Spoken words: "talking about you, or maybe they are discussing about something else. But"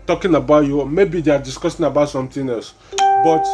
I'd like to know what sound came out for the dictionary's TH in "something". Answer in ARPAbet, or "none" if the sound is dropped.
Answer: T